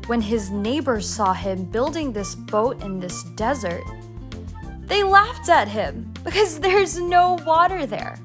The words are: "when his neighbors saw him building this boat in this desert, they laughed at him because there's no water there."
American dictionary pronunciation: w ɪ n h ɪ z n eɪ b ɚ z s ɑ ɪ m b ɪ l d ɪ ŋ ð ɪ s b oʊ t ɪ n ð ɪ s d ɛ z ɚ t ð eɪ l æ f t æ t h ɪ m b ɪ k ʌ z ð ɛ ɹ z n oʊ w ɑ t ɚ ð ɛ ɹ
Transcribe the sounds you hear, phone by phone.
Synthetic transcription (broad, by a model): w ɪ n ɪ z n eɪ b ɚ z s ɑ ɪ m b ɪ l d ɪ ŋ ð ɪ s b oʊ t ɪ n ð ɪ s d ɛ z ɚ t ð eɪ l æ f t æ t h ɪ m b ɪ k ʌ z ð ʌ ɹ z n oʊ w ɑ t ɚ ð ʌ ɹ